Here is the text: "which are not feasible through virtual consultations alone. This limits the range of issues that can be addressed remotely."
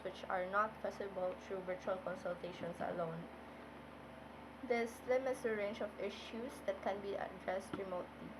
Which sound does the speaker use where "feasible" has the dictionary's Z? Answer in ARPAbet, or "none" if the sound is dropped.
S